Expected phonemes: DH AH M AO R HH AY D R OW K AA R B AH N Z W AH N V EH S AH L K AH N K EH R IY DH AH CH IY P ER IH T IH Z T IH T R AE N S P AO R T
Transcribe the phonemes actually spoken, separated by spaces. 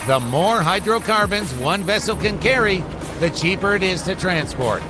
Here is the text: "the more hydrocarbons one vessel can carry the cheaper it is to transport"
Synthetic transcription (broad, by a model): DH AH M AO R HH AY D R OW K AA R B AH N Z W AH N V EH S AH L K AH N K EH R IY DH AH CH IY P ER IH T IH Z T IH T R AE N S P AO R T